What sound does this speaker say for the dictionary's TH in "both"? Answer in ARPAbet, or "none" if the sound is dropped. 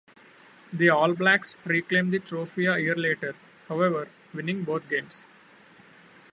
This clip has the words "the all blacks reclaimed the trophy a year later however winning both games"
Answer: T